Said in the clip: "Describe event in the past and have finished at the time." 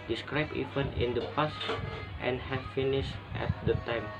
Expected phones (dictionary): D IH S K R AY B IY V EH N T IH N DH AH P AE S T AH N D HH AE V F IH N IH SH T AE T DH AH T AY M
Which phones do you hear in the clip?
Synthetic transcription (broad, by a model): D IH S K R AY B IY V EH N IH N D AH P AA S T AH N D HH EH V F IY N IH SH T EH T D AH T AY M